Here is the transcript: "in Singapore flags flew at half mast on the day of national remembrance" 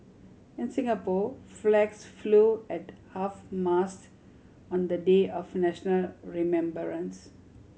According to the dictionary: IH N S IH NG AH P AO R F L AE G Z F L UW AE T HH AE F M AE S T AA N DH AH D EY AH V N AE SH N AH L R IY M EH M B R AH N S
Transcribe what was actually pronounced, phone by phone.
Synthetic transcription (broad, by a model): IH N S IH NG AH P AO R F L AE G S F L UW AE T HH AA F M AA S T AA N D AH D EY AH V N AE SH N AH L R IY M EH M B R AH N S